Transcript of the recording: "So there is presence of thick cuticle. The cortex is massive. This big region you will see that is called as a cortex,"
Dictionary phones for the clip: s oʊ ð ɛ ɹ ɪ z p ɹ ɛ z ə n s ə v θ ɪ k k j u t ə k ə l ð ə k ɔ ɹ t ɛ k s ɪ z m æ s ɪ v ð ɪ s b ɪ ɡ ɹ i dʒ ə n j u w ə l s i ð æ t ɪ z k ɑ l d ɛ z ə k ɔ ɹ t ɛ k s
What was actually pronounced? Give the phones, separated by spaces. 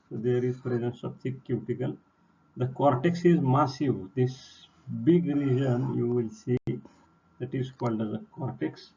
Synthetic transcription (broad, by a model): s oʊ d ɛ ɹ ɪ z p ɹ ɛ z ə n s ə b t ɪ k k j u t ə k ə l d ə k ɔ ɹ t ɛ k s ɪ z m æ s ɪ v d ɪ s b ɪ ɡ ɹ i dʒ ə n j u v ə l s i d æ t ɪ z k ɑ l d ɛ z ə k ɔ ɹ t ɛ k s